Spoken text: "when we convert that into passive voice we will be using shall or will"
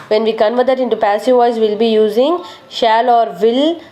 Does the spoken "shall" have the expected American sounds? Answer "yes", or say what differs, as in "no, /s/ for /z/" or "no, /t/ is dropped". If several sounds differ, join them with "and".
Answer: yes